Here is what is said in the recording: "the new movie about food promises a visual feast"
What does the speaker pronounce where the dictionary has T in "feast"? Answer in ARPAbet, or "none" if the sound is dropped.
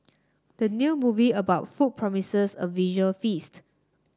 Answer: T